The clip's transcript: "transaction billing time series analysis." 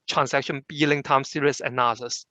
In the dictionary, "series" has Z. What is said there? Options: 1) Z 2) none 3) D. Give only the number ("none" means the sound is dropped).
2